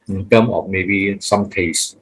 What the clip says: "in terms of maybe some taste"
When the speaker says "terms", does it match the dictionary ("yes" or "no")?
no